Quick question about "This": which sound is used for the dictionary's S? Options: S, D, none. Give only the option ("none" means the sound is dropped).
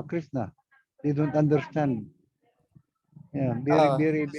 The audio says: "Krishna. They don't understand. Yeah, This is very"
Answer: none